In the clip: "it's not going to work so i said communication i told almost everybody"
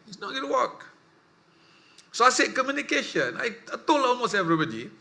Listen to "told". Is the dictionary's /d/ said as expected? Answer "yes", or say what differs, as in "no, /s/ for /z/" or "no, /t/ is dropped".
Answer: no, /d/ is dropped